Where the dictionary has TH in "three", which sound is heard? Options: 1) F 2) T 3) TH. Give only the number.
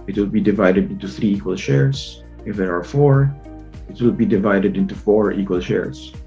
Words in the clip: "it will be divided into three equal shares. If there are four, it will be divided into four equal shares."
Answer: 3